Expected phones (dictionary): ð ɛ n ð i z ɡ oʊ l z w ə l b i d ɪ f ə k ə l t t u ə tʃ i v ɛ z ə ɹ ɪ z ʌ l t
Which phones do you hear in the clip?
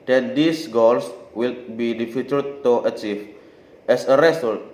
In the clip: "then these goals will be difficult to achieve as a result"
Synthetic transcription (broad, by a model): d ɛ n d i s ɡ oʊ l s w ə l b i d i f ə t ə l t t u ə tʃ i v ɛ s ə ɹ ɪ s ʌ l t